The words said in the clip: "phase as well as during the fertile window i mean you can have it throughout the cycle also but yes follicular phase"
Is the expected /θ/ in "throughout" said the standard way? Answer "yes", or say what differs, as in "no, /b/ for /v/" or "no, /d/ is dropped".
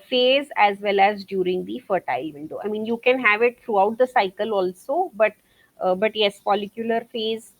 no, /t/ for /θ/